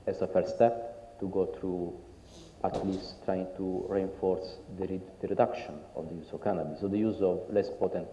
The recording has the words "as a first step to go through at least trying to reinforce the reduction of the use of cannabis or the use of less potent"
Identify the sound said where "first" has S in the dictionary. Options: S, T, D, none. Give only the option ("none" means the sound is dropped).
none